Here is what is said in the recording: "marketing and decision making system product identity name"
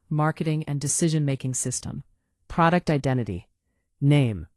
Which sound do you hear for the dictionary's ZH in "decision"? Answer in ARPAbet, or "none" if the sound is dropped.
ZH